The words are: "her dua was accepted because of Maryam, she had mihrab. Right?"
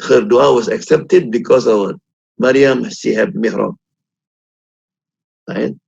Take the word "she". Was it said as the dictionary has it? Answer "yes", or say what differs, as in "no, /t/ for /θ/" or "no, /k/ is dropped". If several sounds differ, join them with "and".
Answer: no, /s/ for /ʃ/